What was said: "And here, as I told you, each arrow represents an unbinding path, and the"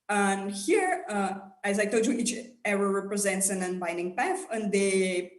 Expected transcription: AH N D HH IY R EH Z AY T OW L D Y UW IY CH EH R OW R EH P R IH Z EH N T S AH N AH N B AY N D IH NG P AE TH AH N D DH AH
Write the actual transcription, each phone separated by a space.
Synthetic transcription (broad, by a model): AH N HH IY R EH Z AY T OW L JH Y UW IY CH EH R OW R EH P R IH Z EH N T S AH N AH N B AY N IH NG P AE F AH N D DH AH